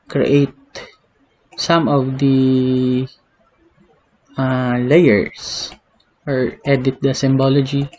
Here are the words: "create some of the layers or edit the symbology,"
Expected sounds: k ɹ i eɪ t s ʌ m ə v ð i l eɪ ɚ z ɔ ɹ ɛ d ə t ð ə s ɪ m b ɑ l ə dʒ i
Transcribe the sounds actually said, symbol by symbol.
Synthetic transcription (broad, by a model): k ɹ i eɪ t s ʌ m ə v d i l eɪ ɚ s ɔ ɹ ɛ d ə t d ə s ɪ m b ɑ l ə dʒ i